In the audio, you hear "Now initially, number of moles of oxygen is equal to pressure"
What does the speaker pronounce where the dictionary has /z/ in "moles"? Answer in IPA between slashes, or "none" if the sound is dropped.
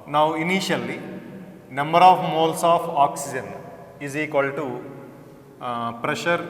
/s/